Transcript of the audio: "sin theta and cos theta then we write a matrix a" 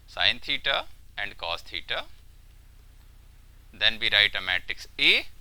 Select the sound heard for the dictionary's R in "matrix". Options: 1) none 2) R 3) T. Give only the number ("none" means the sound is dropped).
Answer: 1